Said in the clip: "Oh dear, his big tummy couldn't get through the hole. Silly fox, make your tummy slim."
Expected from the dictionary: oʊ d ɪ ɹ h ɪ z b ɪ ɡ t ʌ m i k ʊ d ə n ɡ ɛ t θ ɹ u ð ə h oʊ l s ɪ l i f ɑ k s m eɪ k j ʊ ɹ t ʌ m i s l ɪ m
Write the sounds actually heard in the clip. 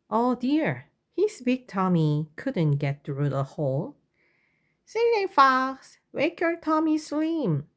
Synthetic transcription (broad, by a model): oʊ d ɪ ɹ h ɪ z b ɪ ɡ t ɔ m i k ʊ d ə n ɡ ɛ t θ ɹ u ð ə h oʊ l s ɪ n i f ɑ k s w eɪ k j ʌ ɹ t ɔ m i s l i m